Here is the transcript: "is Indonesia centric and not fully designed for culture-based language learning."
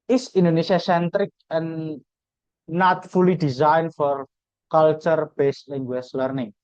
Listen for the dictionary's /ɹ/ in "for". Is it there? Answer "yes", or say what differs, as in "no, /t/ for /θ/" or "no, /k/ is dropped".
yes